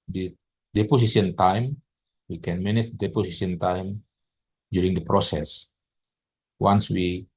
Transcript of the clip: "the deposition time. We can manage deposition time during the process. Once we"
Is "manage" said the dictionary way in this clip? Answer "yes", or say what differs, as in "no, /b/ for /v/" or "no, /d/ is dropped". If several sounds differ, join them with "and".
no, /tʃ/ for /dʒ/